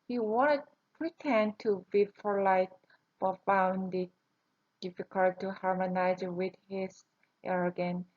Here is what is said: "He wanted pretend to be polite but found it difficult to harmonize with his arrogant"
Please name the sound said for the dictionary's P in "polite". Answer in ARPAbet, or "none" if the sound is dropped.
F